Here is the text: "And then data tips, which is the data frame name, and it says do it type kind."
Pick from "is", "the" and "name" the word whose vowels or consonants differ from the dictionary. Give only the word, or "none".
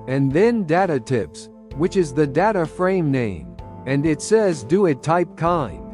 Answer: none